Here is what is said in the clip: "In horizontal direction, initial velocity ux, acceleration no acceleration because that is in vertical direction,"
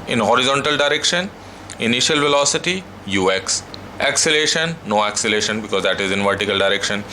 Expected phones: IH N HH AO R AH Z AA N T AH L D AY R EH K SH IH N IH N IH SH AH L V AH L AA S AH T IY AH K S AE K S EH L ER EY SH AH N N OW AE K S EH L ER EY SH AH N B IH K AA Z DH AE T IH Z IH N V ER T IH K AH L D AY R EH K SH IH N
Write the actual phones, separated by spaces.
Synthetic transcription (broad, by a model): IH N HH AO R AH Z AA N T AH L D AY R EH K SH IH N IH N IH SH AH L V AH L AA S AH T IY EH K S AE K S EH L EY SH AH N N OW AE K S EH L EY SH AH N B IH K AA Z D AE T IH Z IH N V ER T IH K AH L D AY R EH K SH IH N